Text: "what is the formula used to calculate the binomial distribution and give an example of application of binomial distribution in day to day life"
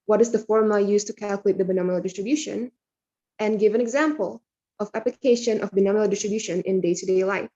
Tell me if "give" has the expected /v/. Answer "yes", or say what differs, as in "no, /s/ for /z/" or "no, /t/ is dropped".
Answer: yes